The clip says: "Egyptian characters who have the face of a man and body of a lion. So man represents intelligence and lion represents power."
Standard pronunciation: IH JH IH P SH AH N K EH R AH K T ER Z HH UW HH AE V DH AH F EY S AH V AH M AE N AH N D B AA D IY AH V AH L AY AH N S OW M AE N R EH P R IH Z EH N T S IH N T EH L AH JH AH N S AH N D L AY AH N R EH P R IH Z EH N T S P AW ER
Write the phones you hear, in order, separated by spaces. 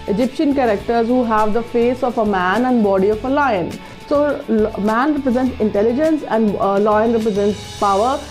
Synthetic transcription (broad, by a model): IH JH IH P SH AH N K EH R AH K T ER Z HH UW HH AE V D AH F EY S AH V AH M AE N AH N D B AA D IY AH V AH L AY AH N S OW M AE N R EH P R IH Z EH N T S IH N T EH L AH JH AH N S AH N D L AY AH N R EH P R IH Z EH N T S P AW ER